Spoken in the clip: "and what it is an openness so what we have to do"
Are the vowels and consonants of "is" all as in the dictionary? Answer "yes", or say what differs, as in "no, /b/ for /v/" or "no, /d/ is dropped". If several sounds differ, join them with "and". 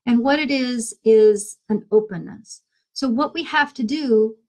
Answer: yes